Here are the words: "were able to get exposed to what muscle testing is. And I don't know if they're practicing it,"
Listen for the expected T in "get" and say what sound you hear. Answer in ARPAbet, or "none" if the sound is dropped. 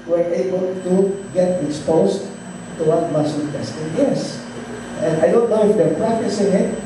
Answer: T